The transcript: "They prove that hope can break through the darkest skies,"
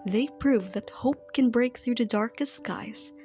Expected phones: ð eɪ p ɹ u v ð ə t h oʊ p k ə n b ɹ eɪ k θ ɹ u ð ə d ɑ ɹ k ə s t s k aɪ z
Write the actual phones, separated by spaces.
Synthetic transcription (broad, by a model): ð eɪ p ɹ u v ð ə t h oʊ p k ə n b ɹ eɪ k θ ɹ u ð ə d ɑ ɹ k ə s t s k aɪ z